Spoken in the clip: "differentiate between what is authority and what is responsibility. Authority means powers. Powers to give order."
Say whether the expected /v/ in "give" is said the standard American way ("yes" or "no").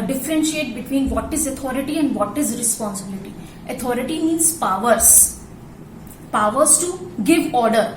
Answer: yes